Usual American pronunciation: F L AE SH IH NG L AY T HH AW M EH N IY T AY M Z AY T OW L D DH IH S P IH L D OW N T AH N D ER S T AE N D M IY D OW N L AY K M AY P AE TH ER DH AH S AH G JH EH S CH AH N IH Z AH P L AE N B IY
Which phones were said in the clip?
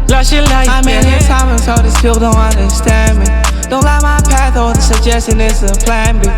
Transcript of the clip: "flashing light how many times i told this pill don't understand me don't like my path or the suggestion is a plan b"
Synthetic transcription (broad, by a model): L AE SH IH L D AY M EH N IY S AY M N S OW D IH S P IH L D OW N T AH N D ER S T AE N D M IY D OW N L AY M AY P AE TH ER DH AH S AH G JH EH S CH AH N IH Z AH P L AE N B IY